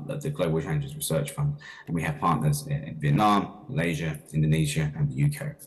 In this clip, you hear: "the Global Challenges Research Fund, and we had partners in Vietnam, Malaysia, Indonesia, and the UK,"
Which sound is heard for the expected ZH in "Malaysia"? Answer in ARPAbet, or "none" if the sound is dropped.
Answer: ZH